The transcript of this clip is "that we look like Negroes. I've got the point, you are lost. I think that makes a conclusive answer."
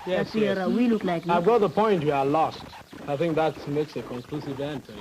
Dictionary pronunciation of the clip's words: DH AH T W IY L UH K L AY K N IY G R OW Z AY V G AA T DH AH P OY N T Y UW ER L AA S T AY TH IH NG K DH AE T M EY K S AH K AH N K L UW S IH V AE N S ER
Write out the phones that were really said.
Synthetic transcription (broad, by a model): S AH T W IY L UH K L AY K AY V G AA T DH AH P OY N T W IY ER L AA S T AY TH IH NG K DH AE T M EY K S AH K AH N K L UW S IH V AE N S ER